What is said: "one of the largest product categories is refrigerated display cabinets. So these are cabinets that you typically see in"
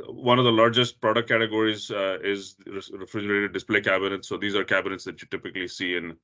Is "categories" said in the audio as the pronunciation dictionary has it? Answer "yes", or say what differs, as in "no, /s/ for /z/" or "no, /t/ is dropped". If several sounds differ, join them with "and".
yes